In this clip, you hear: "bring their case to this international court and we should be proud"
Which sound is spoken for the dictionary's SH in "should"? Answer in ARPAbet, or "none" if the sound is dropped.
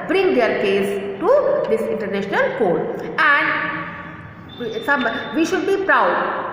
SH